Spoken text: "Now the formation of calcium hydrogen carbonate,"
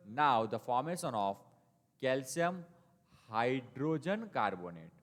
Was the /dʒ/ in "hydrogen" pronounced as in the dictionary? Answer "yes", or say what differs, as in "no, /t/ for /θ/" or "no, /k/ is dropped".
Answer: yes